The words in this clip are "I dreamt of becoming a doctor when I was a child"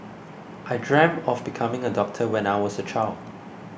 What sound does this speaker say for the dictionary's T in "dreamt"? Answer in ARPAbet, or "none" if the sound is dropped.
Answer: none